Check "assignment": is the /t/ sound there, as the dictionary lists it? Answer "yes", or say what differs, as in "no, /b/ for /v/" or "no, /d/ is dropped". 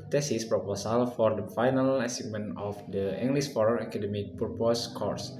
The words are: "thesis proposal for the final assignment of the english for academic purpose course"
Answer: no, /t/ is dropped